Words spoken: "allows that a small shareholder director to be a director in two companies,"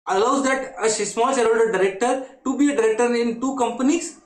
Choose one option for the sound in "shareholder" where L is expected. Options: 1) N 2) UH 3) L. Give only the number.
1